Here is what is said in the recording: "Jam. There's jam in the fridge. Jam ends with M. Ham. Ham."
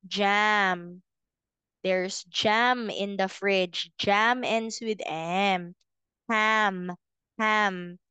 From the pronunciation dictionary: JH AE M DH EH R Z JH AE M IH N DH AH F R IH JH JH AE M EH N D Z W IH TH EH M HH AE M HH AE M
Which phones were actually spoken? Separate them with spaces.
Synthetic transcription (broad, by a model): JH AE M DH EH R S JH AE M IH N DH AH F R IH JH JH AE M EH N D S W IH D EH M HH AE M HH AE M